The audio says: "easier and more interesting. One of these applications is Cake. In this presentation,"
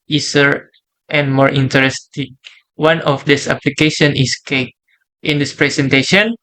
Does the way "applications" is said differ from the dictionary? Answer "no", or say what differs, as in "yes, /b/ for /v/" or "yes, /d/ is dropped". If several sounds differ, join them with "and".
yes, /z/ is dropped